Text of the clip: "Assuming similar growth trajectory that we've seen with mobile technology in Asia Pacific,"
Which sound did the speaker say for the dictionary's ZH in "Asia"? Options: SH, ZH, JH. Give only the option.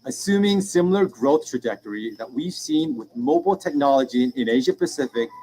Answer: ZH